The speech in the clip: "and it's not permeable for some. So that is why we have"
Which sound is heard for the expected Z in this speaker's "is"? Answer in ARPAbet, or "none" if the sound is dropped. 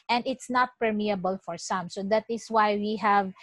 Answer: S